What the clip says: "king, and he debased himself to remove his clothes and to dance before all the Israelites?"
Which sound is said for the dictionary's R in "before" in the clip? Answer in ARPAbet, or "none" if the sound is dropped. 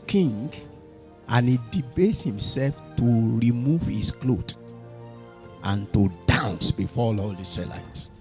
L